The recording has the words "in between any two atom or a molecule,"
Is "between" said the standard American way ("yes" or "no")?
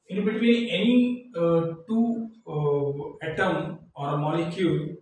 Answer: no